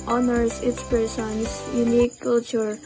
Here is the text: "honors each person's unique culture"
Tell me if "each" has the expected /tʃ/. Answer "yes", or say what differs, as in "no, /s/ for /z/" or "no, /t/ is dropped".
no, /s/ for /tʃ/